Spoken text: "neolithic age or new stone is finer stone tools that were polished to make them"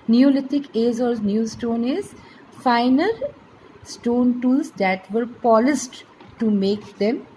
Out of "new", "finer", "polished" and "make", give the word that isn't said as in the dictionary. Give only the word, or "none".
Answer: polished